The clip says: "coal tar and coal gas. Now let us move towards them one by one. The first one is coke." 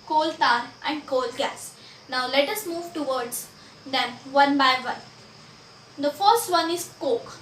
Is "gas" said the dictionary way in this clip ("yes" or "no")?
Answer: yes